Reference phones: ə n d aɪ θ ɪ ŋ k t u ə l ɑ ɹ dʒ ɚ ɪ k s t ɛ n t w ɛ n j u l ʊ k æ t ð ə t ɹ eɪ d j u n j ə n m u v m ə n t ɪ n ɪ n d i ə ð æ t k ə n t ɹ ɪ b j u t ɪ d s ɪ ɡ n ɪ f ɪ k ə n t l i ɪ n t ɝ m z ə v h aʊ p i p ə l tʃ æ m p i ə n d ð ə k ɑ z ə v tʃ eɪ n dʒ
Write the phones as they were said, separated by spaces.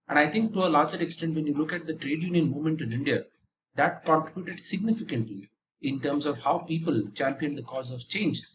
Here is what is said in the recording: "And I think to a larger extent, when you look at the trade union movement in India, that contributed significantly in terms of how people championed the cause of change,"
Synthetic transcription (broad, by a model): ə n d aɪ t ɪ ŋ k t u ə l ɑ ɹ dʒ ɚ ɪ k s t ɛ n t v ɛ n j u l ʊ k æ t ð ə t ɹ eɪ d j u n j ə n m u m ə n t ɪ n ɪ n d i ə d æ t k ə n t ɹ ɪ b j u t ɪ d s ɪ ɡ n ɪ f ɪ k ə n t l i ɪ n t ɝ m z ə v h aʊ p i p ə l tʃ æ m p i ə n d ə k ɑ z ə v tʃ eɪ n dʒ